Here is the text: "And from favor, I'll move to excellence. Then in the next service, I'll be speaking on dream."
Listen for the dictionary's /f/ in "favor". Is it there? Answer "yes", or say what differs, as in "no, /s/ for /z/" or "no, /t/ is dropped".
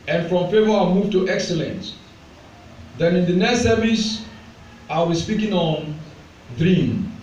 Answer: yes